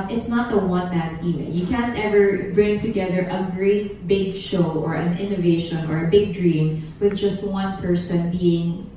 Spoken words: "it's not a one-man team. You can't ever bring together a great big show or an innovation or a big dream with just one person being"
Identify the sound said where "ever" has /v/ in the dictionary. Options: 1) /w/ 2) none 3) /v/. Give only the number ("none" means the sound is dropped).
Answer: 3